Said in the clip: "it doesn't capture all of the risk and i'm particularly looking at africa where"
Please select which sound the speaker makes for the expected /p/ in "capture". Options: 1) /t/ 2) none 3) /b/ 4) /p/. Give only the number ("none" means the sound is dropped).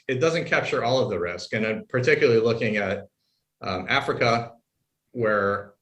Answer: 4